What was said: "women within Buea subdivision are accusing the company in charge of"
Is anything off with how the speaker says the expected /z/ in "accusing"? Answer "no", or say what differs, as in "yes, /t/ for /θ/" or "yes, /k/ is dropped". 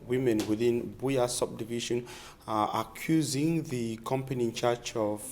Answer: no